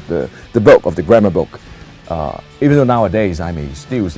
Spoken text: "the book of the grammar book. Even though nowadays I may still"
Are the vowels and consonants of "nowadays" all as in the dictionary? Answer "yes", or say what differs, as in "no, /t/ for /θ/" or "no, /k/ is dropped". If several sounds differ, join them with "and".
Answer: yes